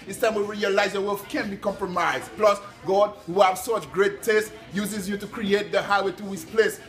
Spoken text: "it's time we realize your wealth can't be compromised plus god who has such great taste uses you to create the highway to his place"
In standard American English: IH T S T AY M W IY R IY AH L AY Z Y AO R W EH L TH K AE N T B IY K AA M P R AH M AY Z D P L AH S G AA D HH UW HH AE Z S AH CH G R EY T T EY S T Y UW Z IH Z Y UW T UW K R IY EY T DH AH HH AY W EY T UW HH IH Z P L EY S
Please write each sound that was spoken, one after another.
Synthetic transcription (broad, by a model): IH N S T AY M W IY R IY AH L AY Z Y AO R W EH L F K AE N B IY K AA M P R AH M AY Z D P L AH S G AA D HH UW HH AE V S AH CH G R EY T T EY S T Y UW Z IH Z Y UW T UW K R IY EY T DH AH HH AY W EY T UW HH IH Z P L EY S